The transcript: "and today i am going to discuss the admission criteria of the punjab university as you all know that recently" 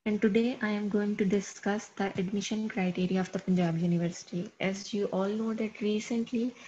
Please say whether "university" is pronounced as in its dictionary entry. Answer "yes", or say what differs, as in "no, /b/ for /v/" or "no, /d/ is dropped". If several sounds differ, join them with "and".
yes